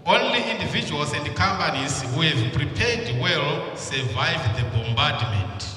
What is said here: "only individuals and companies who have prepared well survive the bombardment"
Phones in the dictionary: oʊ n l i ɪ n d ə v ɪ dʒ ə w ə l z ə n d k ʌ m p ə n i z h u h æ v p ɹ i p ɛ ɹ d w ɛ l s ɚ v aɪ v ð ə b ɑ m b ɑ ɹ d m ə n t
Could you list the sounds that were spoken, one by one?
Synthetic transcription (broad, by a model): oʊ n l i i n d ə v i dʒ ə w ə l s ə n d k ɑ m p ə n i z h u h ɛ v p ɹ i p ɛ d w ɛ l s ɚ v aɪ v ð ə b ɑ m b ɑ d m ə n t